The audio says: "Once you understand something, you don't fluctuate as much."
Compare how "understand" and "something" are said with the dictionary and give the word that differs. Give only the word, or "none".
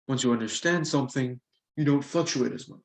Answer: none